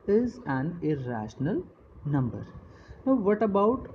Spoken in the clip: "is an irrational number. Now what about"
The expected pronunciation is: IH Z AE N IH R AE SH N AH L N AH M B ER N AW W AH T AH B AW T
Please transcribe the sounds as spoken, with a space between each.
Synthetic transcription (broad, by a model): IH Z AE N IH R AE SH N AH L N AH M B ER N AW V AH T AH B AW T